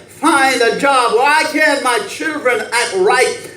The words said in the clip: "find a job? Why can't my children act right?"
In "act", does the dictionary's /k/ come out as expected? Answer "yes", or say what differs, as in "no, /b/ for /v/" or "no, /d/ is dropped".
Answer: no, /k/ is dropped